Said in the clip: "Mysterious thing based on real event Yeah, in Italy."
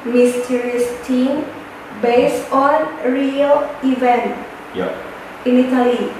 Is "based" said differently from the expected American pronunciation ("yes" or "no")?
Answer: yes